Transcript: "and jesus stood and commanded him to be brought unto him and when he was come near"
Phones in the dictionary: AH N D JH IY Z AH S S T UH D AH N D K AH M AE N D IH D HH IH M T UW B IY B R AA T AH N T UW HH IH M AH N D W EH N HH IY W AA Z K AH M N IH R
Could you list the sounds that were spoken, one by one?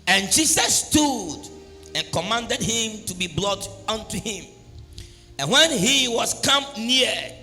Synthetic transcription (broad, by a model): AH N JH IY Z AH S S T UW D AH N K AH M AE N D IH D HH IH M T UW B IY B L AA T AH N T UW HH IH M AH N W EH N HH IY W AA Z K AH M N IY